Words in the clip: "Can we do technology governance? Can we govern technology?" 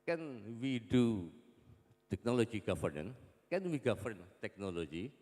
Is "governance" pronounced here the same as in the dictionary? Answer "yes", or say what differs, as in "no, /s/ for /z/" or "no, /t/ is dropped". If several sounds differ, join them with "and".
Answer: no, /s/ is dropped